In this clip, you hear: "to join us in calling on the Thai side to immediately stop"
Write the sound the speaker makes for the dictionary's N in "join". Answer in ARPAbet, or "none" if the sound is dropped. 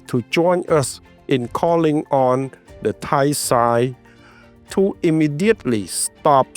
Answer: N